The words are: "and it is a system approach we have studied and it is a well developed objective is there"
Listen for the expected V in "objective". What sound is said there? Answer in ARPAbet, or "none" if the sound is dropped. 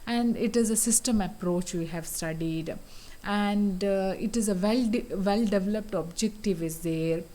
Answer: V